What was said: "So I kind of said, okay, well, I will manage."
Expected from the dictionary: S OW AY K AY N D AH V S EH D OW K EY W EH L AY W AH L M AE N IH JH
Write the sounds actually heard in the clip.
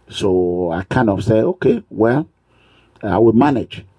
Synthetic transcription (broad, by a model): S OW AY K AY N D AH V S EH OW K EY W EH L AY W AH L M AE N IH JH